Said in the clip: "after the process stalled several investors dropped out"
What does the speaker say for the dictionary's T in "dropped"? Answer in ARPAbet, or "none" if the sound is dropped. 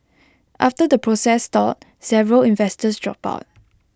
none